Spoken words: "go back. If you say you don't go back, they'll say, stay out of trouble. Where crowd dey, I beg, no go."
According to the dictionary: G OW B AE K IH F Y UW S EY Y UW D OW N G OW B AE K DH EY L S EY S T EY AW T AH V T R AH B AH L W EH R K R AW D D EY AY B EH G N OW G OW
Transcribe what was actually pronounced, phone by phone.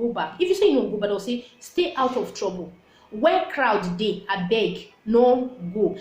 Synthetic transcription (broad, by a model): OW B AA IH F Y UW S EY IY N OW G OW B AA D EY W S EY S T EY AW T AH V T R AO B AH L W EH K R AW D D EY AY B EH G N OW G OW